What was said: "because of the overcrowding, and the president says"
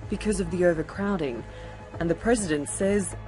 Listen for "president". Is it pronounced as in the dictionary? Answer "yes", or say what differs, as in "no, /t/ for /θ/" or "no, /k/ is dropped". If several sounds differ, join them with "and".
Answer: yes